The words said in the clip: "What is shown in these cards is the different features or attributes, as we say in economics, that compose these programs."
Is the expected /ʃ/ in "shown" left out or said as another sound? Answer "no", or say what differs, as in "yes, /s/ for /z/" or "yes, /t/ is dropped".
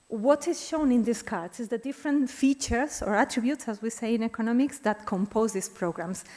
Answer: no